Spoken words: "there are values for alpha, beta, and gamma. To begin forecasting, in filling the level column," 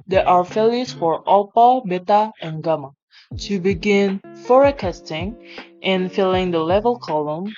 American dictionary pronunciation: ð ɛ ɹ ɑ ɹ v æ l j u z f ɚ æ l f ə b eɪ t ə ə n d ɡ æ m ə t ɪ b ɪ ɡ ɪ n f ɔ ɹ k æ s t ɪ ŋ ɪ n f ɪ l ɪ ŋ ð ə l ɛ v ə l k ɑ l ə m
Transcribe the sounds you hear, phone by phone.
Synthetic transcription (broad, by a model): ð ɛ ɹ ɑ ɹ f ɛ l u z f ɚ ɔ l p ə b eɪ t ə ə n ɡ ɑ m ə t ɪ b ɪ ɡ ɪ n f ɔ ɹ k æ s t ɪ ŋ ɪ n f ɪ l ɪ ŋ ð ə l ɛ v ə l k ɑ l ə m